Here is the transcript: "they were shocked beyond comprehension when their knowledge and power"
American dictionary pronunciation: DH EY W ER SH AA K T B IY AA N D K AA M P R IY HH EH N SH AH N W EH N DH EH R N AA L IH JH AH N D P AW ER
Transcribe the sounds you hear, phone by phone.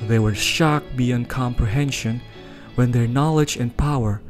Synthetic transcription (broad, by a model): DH EY W ER SH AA K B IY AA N K AA M P R IY HH EH N SH AH N W EH N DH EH R N AA L IH JH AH N P AW ER